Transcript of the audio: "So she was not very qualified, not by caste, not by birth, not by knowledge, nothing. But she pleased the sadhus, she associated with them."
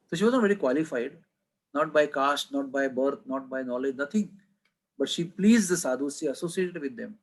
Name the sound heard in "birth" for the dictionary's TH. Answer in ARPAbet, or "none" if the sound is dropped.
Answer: T